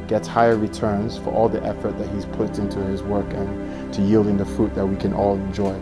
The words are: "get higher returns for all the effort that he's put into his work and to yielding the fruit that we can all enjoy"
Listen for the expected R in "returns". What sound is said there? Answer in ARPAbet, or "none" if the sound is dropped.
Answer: R